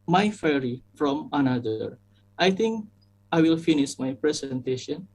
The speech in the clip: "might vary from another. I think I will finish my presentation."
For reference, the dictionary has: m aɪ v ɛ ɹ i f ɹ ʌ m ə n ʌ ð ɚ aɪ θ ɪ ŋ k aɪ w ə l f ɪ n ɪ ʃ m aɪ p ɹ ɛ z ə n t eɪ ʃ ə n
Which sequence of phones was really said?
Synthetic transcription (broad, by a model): m aɪ f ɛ ɹ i f ɹ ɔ m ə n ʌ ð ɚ aɪ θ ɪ ŋ k aɪ w ə l f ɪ n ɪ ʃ m aɪ p ɹ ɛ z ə n t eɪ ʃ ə n